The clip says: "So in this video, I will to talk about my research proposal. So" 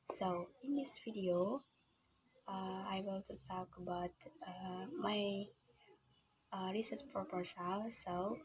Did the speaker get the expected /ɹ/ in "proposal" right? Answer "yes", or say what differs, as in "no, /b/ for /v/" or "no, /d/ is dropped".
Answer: no, /ɹ/ is dropped